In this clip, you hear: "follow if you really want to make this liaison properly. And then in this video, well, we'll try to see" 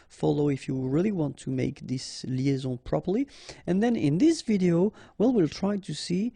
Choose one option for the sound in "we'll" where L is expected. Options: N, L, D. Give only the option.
L